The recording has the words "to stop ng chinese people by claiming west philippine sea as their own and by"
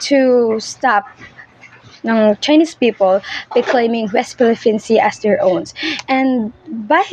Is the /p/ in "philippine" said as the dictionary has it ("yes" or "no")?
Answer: no